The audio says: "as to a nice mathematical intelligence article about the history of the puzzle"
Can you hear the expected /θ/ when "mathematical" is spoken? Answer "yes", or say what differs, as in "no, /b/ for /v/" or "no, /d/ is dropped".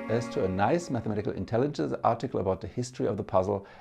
yes